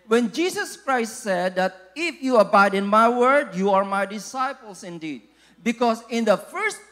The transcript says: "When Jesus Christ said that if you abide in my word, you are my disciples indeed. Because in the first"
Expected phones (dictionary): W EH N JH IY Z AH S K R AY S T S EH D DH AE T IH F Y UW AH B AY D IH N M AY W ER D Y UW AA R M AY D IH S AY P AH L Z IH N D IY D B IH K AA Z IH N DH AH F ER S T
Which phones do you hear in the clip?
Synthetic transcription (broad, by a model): W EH N JH IY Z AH S K R AY S T S EH D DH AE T IH F Y UW AH B AY D IH N M AY W ER D Y UW AA R M AY D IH S AY P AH L S IH N D IY D B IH K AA S IH N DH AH F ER S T